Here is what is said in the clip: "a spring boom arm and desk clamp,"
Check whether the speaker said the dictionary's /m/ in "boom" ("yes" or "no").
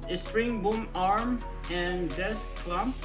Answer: yes